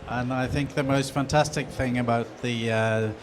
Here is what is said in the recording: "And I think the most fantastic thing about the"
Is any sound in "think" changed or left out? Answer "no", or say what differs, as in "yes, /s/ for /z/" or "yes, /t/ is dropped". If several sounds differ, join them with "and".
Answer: no